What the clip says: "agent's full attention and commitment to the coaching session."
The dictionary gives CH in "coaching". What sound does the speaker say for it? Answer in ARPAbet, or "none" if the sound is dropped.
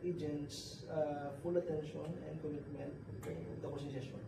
S